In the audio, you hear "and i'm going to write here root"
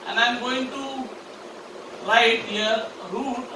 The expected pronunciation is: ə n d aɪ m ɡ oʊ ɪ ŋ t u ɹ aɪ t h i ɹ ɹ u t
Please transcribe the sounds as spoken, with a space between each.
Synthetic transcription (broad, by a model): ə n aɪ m ɡ oʊ ɪ ŋ t u l aɪ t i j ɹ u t